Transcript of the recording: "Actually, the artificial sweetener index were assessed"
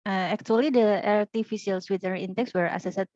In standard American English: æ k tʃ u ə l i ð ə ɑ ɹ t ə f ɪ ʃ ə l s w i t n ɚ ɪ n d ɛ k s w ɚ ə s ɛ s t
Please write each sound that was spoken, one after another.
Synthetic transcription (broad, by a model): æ k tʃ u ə l i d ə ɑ ɹ t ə f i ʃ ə l s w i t ɚ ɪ n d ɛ k s w ɚ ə s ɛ s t